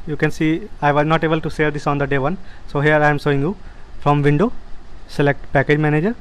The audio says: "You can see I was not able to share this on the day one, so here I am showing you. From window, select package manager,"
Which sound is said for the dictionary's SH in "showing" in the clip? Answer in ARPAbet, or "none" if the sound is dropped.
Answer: S